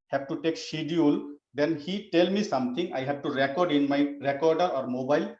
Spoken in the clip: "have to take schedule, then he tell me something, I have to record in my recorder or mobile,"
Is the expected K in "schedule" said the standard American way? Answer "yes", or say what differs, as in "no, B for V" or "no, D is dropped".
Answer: no, K is dropped